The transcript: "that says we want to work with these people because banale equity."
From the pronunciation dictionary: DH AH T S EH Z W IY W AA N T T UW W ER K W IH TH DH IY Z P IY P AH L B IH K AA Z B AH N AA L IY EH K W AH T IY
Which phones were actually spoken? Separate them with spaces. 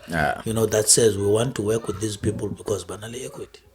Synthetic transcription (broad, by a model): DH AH T S EH Z W IY W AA N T T UW W ER K W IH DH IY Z P IY P AH L B IH K AA Z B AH N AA L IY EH K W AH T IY